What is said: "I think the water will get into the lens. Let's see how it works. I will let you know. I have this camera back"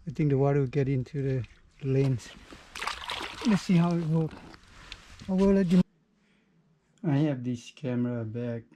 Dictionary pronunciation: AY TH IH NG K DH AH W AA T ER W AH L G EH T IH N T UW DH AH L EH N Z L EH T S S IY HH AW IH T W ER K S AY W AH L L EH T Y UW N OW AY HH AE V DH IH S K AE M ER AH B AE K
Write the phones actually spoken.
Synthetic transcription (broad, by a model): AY T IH NG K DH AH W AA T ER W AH G EH T IH N T UW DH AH L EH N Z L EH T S S IY HH AW IH T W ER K AY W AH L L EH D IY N AY HH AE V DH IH S K AE M ER AH B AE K